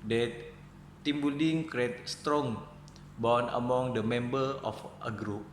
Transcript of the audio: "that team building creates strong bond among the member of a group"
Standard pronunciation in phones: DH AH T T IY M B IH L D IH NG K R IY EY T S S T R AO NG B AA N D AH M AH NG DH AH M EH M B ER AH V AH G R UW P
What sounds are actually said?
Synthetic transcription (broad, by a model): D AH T T IY M B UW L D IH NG K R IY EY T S S T R AO NG B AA N AH M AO NG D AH M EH M B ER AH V AH G R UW P